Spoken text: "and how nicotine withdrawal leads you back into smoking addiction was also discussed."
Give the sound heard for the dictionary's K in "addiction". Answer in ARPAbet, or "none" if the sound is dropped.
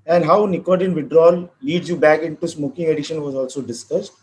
none